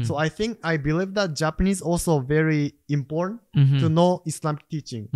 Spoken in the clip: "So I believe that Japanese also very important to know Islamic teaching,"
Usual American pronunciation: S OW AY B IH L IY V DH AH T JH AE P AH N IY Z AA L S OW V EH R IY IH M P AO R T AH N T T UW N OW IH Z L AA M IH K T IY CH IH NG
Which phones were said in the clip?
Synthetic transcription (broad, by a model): S OW AY B IH L IY V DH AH T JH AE P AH N IY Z AA L S OW V EH R IY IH M P AO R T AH N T T UW N OW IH S L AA M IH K T IY CH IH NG